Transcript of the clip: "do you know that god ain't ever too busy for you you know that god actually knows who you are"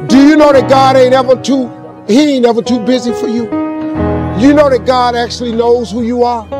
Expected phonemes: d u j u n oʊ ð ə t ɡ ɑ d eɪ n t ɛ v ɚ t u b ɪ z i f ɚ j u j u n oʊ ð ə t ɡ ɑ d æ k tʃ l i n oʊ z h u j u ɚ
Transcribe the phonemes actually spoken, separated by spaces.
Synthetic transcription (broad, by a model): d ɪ j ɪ n oʊ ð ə t ɡ ɑ d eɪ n t ɛ v ɚ t u b ɪ z i f ɚ j u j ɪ n oʊ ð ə t ɡ ɑ d æ k tʃ l i n oʊ z h u j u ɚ